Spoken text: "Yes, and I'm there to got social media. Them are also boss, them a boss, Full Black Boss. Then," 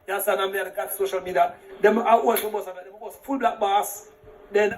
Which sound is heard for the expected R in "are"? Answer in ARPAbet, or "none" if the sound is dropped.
W